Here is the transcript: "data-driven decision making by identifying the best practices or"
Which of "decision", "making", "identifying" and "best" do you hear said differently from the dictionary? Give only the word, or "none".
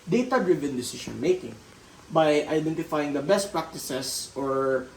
decision